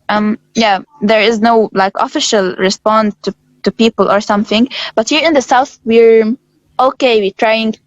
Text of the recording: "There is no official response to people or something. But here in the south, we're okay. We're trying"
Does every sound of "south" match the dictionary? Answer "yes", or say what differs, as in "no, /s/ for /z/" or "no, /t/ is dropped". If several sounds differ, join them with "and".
yes